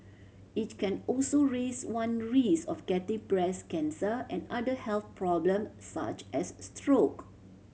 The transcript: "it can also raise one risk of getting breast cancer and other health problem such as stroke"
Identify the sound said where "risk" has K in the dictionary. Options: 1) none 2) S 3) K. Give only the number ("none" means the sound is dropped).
1